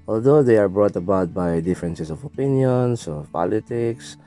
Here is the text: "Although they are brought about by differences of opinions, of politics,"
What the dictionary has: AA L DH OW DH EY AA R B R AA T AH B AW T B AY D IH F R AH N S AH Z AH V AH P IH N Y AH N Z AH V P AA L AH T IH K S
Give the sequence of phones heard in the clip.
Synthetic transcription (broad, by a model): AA L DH OW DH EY AA R B R AA T AH B AW T B AY D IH F R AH N S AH S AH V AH P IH N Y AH N S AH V P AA L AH T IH K S